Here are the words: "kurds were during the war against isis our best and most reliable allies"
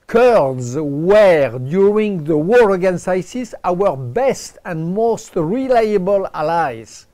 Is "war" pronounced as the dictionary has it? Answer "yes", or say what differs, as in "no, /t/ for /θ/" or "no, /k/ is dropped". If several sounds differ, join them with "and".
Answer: yes